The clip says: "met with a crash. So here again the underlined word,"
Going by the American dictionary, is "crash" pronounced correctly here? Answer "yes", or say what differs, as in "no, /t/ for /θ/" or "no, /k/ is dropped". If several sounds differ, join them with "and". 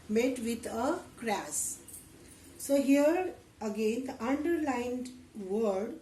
no, /s/ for /ʃ/